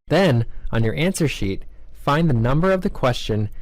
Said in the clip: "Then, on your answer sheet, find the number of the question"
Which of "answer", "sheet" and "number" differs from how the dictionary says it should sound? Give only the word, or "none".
none